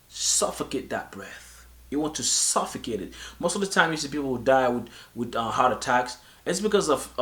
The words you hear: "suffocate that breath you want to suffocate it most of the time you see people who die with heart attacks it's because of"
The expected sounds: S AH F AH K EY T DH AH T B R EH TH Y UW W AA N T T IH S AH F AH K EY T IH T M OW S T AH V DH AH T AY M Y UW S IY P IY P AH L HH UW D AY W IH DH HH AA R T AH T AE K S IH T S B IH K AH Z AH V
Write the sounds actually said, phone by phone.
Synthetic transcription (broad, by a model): S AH F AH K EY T DH AH T B R EH TH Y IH W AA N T T IH S AH F AH K EY T IH T M OW S T AH V DH AH T AY M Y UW S IY P IY P L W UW D AY W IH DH HH AA R T AH T AE K S IH T S B IH K AH Z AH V